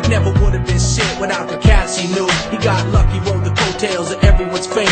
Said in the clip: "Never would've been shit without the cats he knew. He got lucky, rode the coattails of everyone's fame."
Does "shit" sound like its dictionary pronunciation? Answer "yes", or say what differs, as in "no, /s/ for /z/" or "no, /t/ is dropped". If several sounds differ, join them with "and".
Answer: no, /s/ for /ʃ/